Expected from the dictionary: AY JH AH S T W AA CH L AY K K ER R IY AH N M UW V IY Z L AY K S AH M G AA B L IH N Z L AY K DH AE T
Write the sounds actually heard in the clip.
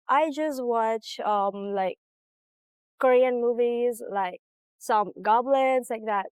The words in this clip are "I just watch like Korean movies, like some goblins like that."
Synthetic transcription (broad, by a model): AY JH AH S T W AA CH L AY K K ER R IY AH N M UW V IY Z L AY K S AH M G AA B L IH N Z L AY K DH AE T